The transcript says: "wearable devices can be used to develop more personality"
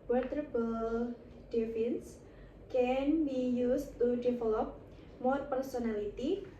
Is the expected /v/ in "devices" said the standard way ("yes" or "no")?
no